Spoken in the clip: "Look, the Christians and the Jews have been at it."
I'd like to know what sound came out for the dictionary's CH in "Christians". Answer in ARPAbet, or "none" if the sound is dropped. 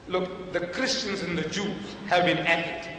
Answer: CH